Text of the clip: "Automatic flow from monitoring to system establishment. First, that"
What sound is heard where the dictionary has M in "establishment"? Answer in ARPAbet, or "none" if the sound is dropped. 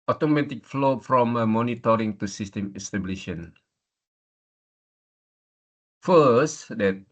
none